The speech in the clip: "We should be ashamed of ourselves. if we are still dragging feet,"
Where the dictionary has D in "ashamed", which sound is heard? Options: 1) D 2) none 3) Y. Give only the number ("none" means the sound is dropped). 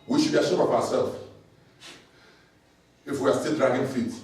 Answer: 2